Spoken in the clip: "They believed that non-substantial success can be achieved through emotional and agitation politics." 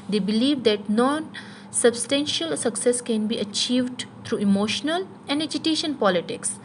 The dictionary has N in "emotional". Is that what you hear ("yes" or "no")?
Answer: yes